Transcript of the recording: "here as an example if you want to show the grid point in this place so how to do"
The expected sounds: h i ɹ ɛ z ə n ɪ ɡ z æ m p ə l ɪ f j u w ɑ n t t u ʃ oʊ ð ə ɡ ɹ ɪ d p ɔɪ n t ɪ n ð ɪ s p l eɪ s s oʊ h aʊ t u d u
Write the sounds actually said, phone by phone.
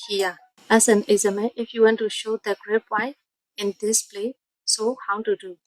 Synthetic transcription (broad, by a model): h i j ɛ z ə n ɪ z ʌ m ə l ɪ f j u w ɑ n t t u ʃ oʊ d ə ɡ ɹ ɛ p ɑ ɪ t ɪ n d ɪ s p l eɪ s s oʊ h aʊ t u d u